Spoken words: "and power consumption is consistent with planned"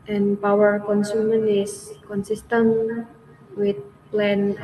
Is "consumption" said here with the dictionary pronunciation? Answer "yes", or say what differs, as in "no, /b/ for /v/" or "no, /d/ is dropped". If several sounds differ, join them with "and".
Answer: no, /ʃ/ is dropped